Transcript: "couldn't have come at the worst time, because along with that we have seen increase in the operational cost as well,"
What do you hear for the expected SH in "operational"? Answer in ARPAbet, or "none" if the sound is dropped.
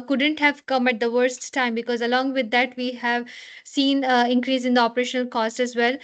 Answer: SH